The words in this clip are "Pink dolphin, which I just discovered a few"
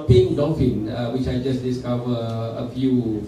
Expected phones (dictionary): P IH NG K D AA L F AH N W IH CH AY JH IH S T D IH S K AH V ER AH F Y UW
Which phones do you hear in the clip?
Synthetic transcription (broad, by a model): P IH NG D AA F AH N W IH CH AY JH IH S D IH S K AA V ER AH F Y UW